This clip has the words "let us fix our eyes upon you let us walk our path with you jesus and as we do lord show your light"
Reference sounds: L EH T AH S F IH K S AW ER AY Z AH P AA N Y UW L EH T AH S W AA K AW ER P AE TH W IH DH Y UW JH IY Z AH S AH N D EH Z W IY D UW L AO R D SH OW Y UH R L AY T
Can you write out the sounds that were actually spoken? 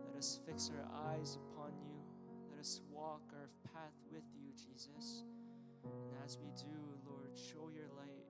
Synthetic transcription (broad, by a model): L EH T AH S F IH K S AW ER AY Z AH P AA N Y UW L EH T AH S W AA K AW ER P AE TH W IH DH Y UW JH IY Z AH S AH N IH Z W IY D UW L AO R D SH OW Y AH R L AY T